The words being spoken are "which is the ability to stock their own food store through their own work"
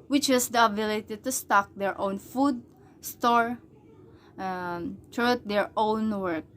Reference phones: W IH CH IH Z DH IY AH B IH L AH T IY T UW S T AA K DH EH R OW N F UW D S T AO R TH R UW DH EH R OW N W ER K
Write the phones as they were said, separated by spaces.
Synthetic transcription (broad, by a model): W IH CH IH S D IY AH B IH L AH T IY T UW S T AA K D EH R OW N F UW D S T AO R T R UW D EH R OW N W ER K